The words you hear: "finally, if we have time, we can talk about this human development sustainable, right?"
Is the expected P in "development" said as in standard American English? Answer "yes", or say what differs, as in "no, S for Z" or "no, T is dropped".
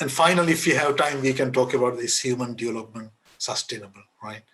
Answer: yes